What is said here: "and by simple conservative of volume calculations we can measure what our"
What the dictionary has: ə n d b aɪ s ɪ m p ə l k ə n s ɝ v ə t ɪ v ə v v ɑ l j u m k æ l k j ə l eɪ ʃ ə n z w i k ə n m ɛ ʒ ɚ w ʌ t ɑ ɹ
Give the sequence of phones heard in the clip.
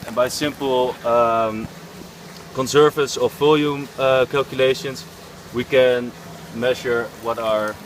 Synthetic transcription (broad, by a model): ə n b aɪ s ɪ m p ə l k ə n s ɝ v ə s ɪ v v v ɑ l j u m k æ l k j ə l eɪ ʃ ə n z w i k ə n m ɛ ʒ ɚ w ʌ t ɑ ɹ